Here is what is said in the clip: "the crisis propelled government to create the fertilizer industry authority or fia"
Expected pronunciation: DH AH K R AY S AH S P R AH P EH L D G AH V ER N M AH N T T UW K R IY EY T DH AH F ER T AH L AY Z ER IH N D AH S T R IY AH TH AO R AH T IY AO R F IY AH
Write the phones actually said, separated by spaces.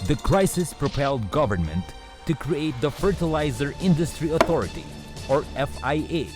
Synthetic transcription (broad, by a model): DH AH K R AY S AH S P R AH P EH L D G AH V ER N M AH N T T UW K R IY EY T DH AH F ER T AH L AY Z ER IH N D AH S T R IY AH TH AO R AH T IY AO R F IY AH